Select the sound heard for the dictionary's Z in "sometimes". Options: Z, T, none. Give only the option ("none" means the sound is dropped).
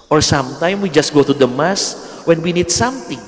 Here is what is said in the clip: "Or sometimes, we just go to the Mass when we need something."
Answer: none